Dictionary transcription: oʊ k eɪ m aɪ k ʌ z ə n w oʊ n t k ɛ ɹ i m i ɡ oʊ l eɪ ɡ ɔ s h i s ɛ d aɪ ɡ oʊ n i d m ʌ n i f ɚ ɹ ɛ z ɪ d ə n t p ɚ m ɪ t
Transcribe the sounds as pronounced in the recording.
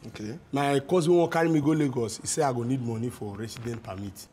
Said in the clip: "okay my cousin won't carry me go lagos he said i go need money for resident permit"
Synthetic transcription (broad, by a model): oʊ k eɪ m aɪ k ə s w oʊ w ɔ k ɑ ɹ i m i ɡ oʊ l eɪ ɡ ɔ s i s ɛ aɪ ɡ oʊ n i d m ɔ n i f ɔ ɹ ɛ s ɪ d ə n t p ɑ m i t